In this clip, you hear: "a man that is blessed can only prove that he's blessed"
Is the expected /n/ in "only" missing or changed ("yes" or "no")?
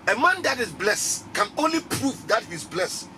no